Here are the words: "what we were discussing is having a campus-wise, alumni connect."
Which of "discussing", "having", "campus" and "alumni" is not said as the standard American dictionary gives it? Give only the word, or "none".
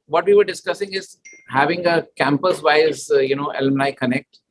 alumni